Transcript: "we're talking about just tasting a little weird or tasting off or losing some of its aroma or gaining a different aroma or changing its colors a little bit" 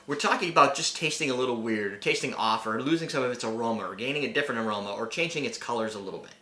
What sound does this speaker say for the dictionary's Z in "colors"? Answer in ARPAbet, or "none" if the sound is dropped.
Z